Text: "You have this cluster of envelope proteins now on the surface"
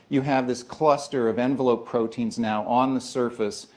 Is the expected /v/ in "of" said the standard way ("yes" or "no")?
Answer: yes